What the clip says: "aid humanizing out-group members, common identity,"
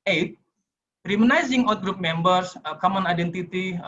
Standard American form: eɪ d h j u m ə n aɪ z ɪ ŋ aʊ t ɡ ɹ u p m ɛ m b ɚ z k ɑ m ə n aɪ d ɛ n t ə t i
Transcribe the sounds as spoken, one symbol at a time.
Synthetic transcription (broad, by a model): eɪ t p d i m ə n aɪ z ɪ ŋ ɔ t ɡ ɹ u p m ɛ m b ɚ s k ɑ m ə n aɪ d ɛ n t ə t i